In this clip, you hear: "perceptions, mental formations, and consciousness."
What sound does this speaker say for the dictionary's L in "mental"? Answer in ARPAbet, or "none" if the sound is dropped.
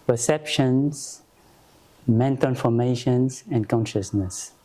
N